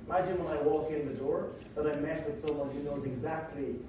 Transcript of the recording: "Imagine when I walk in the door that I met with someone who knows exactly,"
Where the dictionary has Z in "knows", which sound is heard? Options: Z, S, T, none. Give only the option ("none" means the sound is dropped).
Z